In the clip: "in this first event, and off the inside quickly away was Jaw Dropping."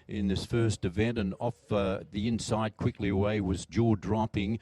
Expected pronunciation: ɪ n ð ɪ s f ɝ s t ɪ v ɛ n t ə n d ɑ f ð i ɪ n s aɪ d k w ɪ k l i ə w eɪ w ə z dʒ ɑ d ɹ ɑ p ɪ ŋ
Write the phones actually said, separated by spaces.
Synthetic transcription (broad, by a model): ɪ n ð ɪ s f ɝ s t ɪ v ɛ n t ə n ɑ f ð i ɪ n s aɪ d k w ɪ k l i ə w eɪ w ə z dʒ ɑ d ɹ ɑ p ɪ ŋ